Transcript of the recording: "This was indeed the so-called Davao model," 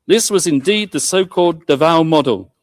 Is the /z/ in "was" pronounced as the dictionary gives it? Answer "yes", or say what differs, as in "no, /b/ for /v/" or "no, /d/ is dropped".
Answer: yes